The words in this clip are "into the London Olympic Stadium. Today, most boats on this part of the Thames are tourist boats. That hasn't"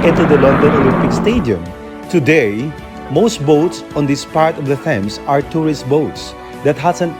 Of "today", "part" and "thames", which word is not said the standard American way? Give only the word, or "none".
thames